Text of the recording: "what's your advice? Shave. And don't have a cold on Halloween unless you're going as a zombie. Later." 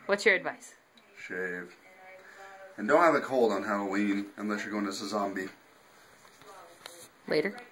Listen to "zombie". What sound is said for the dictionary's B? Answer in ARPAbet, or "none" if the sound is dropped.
B